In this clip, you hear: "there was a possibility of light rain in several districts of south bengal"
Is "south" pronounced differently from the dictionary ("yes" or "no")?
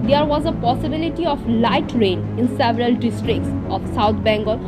yes